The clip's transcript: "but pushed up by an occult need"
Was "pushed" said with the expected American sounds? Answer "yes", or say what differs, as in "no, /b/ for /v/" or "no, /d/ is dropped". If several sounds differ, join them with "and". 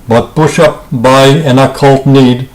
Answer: no, /t/ is dropped